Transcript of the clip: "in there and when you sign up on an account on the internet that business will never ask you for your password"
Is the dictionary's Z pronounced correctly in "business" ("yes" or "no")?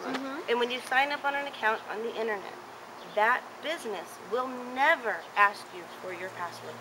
yes